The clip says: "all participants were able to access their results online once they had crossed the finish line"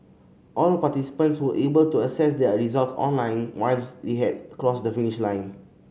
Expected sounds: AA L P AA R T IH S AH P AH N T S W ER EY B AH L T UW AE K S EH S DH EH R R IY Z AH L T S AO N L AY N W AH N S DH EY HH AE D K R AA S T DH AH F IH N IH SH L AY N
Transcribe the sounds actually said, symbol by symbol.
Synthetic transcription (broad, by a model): AA L P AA T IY S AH P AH N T S W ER EY B AH L T UW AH S EH S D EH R R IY Z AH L T S AO N L AY N W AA L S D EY HH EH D K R AA S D AH F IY N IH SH L AY N